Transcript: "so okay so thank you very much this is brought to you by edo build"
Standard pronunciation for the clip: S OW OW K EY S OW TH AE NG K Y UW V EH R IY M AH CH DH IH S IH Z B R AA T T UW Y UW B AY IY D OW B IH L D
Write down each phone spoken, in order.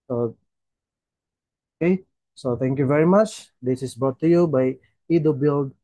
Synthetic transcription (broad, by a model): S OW OW K EY S OW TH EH NG K Y UW V EH R IY M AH CH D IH S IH S B AA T T UW Y UW B AY IY D OW B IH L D